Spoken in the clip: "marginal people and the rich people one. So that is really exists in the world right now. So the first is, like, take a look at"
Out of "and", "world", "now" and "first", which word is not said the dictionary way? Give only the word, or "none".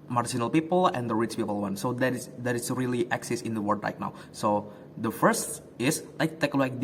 world